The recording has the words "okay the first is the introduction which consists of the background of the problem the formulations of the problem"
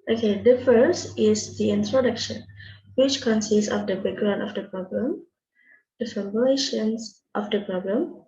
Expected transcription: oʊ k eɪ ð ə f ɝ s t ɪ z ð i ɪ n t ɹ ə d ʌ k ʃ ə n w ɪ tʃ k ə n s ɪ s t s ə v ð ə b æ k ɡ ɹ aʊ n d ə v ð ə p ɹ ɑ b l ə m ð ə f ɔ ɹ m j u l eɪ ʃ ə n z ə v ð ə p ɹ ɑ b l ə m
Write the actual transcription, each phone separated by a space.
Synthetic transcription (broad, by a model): oʊ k eɪ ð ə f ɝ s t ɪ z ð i ɪ n t ɹ ə d ʌ k ʃ ə n w ɪ tʃ k ə n s ɪ s t s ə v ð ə b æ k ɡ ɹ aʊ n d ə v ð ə p ɹ ɑ b l ə m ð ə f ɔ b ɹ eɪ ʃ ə n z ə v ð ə p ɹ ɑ b l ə m